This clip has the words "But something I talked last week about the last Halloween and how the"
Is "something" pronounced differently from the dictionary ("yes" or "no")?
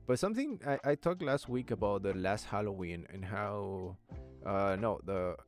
no